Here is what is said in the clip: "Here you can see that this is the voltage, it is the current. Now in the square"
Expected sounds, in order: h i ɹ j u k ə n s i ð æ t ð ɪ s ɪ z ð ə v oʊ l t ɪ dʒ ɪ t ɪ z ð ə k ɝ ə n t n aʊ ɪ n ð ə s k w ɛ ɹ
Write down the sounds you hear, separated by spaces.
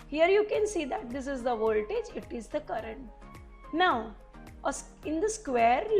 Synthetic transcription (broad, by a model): h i ɹ j u k ə n s i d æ t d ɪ s ɪ z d ə v oʊ l t ɪ dʒ ɪ t ɪ z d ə k ɝ ə n t n aʊ ɪ n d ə s k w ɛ ɹ